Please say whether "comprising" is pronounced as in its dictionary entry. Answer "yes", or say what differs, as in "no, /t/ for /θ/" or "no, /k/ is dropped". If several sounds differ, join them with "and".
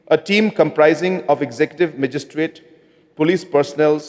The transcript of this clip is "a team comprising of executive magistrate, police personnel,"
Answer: yes